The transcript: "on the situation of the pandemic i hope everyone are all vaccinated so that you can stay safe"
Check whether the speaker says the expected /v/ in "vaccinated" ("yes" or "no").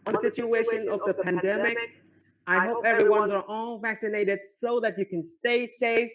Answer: yes